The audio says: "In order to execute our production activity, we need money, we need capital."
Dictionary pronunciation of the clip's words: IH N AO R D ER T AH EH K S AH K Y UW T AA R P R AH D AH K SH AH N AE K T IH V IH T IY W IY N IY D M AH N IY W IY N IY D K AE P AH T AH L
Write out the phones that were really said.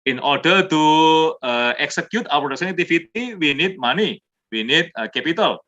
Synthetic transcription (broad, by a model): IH N AO R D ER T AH EH K S AH K Y UW T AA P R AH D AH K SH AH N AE T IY F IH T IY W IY N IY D M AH N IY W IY N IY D K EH P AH T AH L